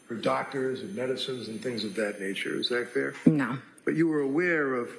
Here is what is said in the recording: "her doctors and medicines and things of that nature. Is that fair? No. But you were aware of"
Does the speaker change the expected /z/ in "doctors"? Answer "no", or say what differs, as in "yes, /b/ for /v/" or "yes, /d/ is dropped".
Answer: no